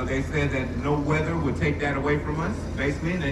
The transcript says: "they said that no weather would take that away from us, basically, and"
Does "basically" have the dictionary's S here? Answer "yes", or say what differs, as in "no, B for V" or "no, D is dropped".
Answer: no, S is dropped